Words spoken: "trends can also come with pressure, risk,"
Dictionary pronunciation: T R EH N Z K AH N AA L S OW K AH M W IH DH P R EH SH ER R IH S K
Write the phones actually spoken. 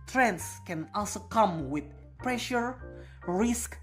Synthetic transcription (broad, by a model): T R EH N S K AH N AA L S OW K AH M W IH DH P R EH SH ER R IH S K